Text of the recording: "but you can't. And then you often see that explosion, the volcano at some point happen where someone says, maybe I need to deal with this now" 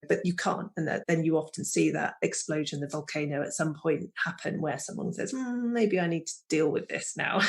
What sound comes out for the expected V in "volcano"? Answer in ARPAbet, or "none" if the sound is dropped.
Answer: V